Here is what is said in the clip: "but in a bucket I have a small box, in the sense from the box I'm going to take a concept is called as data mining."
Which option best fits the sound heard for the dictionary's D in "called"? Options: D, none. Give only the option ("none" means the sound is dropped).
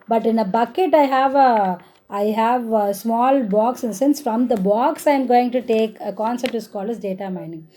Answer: none